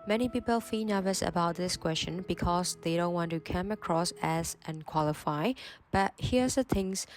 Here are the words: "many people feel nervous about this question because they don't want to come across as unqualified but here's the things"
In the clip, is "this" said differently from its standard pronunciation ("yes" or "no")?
no